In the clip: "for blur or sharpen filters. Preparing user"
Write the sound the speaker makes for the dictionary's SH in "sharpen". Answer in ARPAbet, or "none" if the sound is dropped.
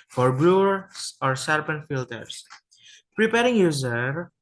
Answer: S